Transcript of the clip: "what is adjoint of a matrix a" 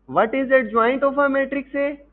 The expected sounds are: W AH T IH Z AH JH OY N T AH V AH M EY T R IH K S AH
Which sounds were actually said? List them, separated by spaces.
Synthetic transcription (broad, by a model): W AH T IH Z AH JH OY N T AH F AH M EY T R IH K S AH